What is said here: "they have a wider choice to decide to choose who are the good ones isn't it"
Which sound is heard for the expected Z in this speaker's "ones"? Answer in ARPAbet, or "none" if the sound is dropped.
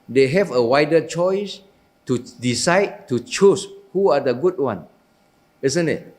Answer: none